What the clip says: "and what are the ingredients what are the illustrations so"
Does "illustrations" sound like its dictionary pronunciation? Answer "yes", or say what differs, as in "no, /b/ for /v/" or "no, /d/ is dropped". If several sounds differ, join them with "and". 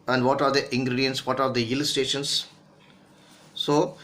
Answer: no, /ɹ/ is dropped